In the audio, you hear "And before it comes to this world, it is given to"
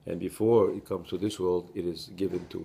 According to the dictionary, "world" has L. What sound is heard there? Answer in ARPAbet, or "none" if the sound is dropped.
L